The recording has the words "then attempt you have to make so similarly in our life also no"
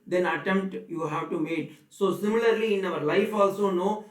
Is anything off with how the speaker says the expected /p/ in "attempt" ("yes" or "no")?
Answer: no